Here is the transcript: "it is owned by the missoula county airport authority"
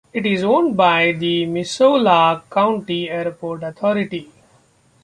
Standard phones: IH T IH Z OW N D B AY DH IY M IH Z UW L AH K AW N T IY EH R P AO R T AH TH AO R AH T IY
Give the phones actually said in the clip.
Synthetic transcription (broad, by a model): IH T IH Z OW N D B AY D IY M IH S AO L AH K AW N T IY EH R P AO R T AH T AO R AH T IY